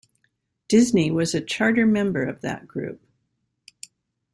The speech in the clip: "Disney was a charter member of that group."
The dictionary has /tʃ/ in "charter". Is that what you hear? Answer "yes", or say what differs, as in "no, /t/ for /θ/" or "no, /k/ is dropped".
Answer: yes